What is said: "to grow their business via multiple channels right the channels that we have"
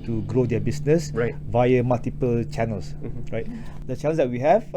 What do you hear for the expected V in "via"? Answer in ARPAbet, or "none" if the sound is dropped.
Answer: V